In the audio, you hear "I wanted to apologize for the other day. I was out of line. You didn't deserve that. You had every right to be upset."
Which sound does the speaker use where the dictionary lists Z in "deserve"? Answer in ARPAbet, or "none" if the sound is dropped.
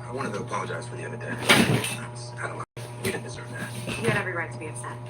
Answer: Z